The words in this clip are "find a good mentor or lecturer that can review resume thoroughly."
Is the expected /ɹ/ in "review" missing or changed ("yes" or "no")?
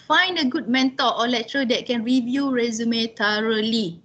no